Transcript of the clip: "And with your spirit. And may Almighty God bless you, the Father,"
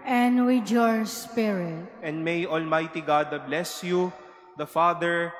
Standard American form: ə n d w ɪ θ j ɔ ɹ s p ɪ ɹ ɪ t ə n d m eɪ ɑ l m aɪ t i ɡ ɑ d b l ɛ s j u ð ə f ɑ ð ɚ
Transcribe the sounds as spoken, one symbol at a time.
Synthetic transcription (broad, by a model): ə n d w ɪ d j ɔ ɹ s p ɪ ɹ ɪ t ə n d m eɪ ɑ l m aɪ t i ɡ ɑ d b l ɛ s j u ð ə f ɑ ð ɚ